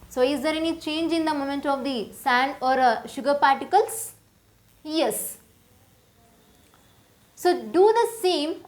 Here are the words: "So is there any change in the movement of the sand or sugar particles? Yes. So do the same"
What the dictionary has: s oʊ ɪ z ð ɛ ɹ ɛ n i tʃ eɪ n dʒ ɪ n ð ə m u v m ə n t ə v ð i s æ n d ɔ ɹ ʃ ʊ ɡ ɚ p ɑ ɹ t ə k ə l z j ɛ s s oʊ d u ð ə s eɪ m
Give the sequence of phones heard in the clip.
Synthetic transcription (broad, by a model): s oʊ ɪ z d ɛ ɹ ɛ n i tʃ eɪ n dʒ ɪ n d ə m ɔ m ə n t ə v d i s æ n d ɔ ɹ ʃ ʊ ɡ ɚ p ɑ ɹ t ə k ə l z j ɛ s s oʊ d u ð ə s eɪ m